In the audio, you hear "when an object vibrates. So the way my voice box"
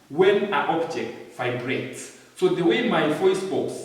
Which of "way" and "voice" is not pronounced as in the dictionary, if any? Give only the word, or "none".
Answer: voice